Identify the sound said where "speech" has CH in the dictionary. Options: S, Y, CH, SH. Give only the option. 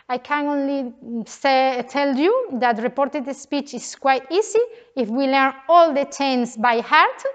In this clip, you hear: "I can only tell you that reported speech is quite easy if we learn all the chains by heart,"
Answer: CH